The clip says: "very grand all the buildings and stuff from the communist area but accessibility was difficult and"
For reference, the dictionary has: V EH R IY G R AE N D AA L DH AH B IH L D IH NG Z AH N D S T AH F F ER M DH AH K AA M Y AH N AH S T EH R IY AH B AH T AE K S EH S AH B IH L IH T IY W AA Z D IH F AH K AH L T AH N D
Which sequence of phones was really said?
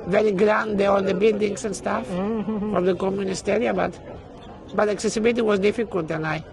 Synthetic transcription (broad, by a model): V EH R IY G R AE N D AA L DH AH B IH L D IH NG S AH N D S T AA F F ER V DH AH K AA M Y AH N AH S T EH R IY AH B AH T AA K S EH S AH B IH L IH T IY W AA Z D IH F AH K AH L T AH N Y